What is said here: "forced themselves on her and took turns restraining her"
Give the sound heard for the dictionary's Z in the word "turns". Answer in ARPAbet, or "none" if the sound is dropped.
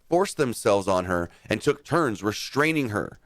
Z